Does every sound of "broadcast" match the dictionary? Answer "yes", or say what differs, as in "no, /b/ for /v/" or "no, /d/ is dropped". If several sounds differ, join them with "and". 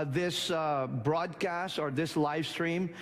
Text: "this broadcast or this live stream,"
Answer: yes